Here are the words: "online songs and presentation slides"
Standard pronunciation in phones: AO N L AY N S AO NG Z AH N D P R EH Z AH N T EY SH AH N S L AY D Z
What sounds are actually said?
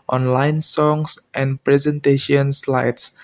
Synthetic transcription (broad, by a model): AO N L AY N S AO NG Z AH N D P R EH Z AH N T EY SH AH N S L AY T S